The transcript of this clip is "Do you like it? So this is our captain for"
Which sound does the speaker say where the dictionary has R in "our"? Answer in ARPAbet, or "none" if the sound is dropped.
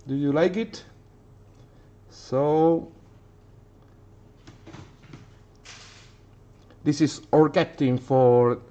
R